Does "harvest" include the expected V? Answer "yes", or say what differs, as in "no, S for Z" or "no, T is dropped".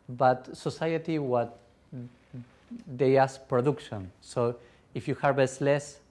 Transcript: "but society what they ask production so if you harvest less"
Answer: no, B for V